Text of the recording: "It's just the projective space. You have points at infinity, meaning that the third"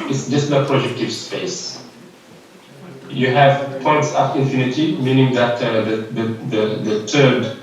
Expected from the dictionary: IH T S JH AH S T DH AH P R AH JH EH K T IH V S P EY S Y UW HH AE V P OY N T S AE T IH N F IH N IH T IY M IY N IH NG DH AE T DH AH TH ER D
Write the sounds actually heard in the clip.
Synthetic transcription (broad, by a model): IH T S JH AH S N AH P R AH JH EH K T IH V S P EY S Y UW HH AE V P OY N T S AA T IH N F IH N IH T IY M IY N IH NG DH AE T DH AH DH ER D